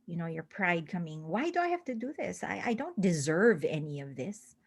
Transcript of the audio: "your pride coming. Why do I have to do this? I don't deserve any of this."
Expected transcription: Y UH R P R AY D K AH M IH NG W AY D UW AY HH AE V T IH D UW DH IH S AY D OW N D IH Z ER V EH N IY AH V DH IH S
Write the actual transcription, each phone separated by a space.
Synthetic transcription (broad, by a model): Y UH R P R AY D K AH M IH NG W AY D UW AY HH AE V T IH D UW DH IH S AY D OW N D IH Z ER V EH N IY AH V DH IH S